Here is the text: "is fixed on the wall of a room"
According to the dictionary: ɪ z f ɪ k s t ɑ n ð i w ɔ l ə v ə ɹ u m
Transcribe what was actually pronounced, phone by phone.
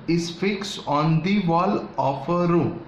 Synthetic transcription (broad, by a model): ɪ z f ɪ k s ɑ n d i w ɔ l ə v ə ɹ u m